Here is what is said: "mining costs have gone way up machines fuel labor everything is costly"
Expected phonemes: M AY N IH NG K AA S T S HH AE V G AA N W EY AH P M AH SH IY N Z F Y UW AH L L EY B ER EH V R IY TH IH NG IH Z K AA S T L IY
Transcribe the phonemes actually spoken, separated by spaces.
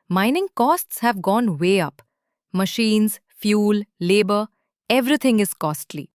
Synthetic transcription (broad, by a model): M AY N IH NG K AA S T S HH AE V G AA N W EY AH P M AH SH IY N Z F Y UW L L EY B ER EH V R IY T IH NG IH Z K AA S T L IY